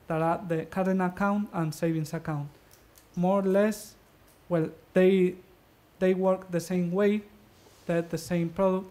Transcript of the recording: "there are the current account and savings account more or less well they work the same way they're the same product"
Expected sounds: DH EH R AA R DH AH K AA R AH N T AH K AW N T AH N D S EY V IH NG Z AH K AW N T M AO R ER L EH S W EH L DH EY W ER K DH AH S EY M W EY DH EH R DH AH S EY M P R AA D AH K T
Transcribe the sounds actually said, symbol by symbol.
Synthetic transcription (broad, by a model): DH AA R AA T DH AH K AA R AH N AH K AW N T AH N S EY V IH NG S AH K AW N T M AO R L EH S W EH L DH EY W ER K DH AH S EY M W EY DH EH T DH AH S EY M P R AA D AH K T